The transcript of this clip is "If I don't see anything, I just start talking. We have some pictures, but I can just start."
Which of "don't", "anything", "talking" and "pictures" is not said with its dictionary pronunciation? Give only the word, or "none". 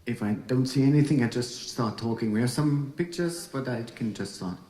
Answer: none